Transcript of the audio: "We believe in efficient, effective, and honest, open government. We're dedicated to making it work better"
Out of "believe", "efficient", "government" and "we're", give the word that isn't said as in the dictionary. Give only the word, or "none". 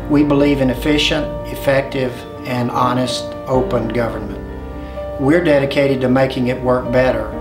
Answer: none